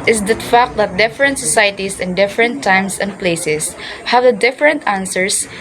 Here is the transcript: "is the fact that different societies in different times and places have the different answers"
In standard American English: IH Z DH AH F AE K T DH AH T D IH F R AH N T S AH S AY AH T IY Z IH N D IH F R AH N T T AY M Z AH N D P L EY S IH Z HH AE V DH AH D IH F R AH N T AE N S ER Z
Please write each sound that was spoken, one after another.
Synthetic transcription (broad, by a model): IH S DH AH F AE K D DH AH T D IH F R AH N T S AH S AY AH T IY S IH N D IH F R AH N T T AY M S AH N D P L EY S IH S HH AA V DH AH D IH F R AH N T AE N S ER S